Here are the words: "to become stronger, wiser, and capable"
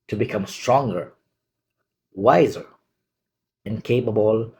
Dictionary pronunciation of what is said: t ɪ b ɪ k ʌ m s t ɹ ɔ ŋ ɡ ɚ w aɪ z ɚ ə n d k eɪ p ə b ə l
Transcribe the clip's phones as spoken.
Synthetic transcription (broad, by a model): t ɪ b ɪ k ʌ m s t ɹ ɔ ŋ ɡ ɚ w aɪ z ɚ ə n k eɪ p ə b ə l